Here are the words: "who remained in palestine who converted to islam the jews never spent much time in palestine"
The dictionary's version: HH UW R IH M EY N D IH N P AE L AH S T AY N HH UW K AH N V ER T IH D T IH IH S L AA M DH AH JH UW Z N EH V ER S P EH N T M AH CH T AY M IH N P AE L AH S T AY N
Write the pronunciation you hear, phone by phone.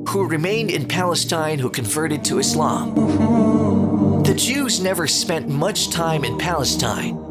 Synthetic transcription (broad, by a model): HH UW R IH M EY N D IH N P AE L AH S T AY N HH UW K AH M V ER T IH D T IH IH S L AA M DH AH JH UW Z N EH V ER S P EH N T M AH CH T AY M IH N P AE L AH S T AY N